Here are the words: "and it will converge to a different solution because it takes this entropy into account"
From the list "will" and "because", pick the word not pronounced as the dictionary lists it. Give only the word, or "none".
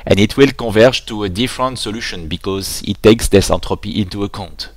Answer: none